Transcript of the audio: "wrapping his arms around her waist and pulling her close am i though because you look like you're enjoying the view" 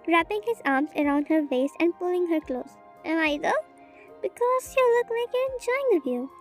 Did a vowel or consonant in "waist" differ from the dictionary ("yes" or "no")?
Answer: yes